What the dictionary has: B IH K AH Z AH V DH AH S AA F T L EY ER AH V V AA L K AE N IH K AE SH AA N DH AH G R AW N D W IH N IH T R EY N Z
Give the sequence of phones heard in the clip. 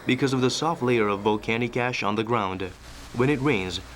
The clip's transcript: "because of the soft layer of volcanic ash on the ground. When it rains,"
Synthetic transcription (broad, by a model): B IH K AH Z AH V DH AH S AA F T L EY ER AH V V AA L K AE N IH K AE SH N DH AH G R AW N D W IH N IH T R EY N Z